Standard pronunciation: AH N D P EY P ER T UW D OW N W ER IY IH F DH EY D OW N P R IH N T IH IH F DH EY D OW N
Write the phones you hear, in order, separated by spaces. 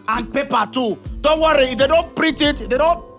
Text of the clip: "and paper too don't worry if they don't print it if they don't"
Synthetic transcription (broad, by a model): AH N P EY P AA T UW D OW N W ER IY IH F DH EY D OW N P R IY T IH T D EY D OW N